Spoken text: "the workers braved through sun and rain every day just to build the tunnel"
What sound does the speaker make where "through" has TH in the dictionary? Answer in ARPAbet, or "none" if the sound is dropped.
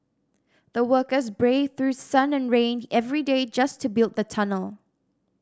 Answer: TH